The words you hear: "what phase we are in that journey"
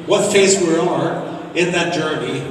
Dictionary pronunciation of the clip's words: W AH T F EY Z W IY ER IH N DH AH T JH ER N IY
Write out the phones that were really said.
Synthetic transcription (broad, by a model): W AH T F EY S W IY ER IH N DH AH T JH ER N IY